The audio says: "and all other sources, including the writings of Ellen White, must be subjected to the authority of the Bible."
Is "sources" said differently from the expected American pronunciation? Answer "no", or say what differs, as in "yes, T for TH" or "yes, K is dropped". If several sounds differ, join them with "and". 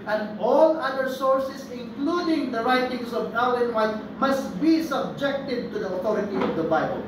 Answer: yes, S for Z